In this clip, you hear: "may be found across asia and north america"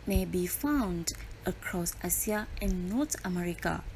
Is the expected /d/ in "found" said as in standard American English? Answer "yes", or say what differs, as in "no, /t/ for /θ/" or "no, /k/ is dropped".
yes